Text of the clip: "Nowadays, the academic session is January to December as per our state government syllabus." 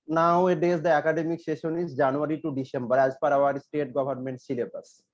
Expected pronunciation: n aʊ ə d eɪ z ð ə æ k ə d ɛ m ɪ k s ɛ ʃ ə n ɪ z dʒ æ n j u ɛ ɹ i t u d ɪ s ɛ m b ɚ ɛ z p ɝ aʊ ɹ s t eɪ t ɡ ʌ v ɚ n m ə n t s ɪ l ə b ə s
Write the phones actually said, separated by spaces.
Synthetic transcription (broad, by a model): n aʊ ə d eɪ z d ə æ k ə d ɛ m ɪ k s ɛ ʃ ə n ɪ z dʒ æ n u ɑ ɹ i t u d ɪ s ɛ m b ɚ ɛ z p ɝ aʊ ɹ s t eɪ t ɡ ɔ b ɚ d m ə n t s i l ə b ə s